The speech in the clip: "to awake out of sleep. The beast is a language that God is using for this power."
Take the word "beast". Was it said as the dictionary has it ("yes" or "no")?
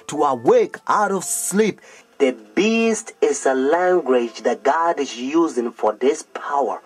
yes